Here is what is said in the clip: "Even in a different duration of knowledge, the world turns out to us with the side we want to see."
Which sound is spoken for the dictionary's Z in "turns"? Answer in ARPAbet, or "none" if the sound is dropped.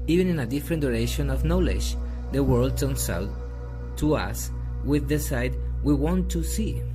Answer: S